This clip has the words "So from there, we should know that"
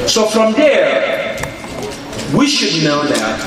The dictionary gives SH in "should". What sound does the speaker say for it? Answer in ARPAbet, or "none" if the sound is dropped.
SH